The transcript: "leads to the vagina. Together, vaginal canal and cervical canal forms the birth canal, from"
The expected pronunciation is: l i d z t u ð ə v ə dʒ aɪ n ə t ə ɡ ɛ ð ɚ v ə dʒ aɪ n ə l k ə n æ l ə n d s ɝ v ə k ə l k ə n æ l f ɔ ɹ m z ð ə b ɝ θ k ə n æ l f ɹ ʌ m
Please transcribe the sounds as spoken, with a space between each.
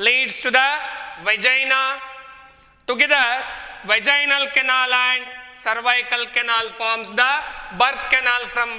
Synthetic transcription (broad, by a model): l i d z t u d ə v ə dʒ aɪ n ə t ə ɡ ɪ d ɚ v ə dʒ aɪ n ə l k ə n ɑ l ə n d s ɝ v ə k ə l k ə n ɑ l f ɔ ɹ m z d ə b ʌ t k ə n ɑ l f ɹ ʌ m